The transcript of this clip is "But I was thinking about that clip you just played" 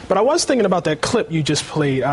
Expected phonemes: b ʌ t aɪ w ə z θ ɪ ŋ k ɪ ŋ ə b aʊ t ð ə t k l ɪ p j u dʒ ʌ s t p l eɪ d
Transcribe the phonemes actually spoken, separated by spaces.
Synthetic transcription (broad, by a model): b ʌ t aɪ w ə z θ ɪ ŋ k ɪ ŋ ə b aʊ t ð ə t k l ɪ p j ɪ dʒ ʌ s p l eɪ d